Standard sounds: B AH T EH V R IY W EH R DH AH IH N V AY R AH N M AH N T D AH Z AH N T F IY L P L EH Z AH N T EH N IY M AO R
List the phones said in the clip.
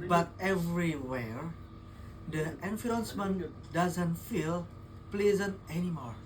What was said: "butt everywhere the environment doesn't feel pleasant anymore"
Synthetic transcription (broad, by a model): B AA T EH V R IY W EH R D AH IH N F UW AH N M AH N D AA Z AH N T F IY L P L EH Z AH N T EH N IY M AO R